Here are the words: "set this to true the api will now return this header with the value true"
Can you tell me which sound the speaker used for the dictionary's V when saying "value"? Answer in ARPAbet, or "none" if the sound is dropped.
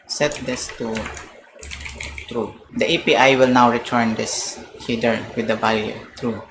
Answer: B